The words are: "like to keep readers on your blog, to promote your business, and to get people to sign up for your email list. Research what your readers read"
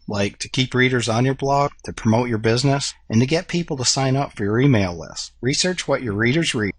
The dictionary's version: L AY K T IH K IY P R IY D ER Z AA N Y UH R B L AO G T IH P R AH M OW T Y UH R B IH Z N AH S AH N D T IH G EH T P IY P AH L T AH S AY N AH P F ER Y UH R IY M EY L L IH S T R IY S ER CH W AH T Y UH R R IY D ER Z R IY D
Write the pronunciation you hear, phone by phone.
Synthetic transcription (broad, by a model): L AY K T IH K IY P R IY D ER Z N Y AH R B L AO G T IH P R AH M OW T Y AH R B IH Z N AH S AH N T IH G EH T P IY P L T AH S AY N AH P F ER Y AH R IY M EY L L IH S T R IY S ER CH W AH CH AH R R IY D ER Z R IY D